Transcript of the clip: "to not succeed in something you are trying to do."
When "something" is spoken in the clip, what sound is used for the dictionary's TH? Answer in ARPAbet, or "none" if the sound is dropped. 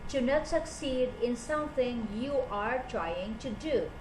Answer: T